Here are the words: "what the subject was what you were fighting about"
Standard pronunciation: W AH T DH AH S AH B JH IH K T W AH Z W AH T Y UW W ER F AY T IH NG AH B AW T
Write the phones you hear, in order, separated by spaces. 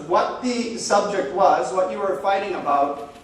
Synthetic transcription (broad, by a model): W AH T DH AH S AH B JH IH K T W AH Z W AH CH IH W ER F AY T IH NG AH B AW T